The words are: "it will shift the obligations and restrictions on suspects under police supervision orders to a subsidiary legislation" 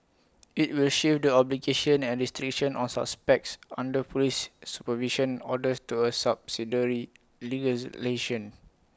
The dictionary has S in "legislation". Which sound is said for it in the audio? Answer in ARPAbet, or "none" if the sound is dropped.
none